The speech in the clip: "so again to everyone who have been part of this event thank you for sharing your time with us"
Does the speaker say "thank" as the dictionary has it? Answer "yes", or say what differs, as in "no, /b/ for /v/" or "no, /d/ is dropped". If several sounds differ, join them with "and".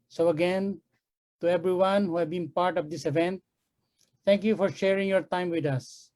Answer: no, /t/ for /θ/